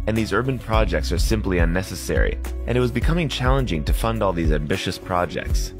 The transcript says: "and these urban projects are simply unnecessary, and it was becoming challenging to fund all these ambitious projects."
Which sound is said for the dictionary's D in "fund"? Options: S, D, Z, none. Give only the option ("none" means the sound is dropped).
D